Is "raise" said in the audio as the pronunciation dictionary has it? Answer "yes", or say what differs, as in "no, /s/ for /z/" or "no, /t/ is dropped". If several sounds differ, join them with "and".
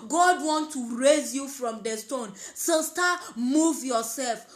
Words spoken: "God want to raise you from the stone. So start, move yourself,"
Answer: yes